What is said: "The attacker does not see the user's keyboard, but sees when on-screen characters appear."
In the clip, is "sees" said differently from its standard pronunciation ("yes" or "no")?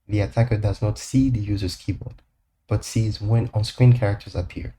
no